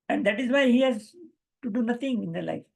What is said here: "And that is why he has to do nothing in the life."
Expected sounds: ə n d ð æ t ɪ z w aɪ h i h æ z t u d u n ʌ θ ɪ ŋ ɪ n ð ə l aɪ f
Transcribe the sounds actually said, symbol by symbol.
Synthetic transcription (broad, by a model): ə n d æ t ɪ z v aɪ h i h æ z t u d u n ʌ t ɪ ŋ ɪ n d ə l aɪ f